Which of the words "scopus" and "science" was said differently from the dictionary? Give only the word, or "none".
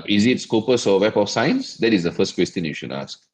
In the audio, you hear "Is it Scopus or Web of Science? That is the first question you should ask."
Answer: none